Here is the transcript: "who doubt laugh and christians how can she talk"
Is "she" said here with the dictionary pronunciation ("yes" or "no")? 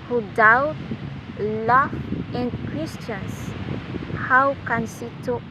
no